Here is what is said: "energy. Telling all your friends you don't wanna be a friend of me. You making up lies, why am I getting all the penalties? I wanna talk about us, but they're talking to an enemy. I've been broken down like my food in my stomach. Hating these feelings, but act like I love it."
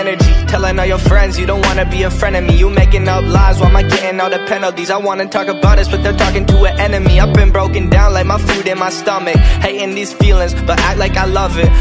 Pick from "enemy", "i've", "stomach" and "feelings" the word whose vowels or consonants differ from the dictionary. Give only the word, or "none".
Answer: i've